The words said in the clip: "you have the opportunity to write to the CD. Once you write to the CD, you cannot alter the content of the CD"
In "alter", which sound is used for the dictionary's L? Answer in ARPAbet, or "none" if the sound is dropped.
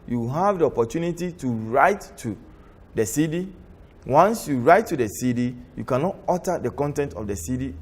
none